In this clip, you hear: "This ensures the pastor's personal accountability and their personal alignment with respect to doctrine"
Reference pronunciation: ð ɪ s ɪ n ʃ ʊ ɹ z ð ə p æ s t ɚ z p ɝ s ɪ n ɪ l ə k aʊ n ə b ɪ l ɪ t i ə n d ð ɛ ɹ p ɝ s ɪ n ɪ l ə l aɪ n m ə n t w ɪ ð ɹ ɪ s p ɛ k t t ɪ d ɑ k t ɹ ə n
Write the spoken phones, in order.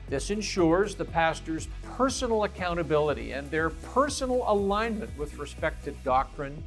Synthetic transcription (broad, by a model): ð ɪ s ɪ n ʃ ʊ ɹ z ð ə p æ s t ɚ z p ɝ s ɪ n l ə k aʊ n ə b ɪ l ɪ t i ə n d ð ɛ ɹ p ɝ s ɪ n l ə l aɪ n m ə n t w ɪ ð ɹ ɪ s p ɛ k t t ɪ d ɑ k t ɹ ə n